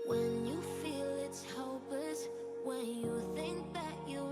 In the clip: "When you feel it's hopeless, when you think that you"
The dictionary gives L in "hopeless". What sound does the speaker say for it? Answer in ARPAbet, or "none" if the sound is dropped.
none